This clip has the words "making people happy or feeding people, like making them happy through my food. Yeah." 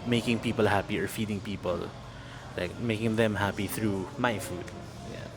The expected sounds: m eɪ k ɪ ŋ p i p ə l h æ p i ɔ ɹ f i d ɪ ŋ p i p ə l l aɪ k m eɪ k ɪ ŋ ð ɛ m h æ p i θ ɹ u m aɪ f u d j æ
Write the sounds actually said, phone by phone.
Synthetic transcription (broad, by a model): m eɪ k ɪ ŋ p i p ə l h æ p i ɔ ɹ f i d ɪ ŋ p i p ə l l aɪ k m eɪ k ɪ ŋ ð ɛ m h æ p i θ ɹ u m aɪ f u d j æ